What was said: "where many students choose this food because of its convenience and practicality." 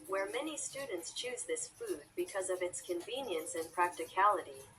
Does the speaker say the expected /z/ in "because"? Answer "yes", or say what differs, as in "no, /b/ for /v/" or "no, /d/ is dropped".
yes